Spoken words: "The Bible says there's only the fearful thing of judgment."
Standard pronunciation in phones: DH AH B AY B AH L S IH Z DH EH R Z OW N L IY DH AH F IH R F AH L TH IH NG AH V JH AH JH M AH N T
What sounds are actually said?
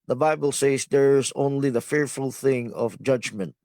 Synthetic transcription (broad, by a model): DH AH B AY B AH L S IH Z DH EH R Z OW N L IY DH AH F IH R F AH L TH IH NG AH V JH AH JH M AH N T